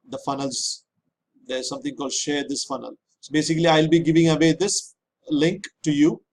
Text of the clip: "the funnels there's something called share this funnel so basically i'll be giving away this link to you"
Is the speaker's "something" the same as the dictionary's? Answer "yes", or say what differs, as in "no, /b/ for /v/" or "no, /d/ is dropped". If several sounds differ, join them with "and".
no, /t/ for /θ/